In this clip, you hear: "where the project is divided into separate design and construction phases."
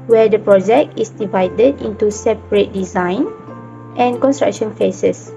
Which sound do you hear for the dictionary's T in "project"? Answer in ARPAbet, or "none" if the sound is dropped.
T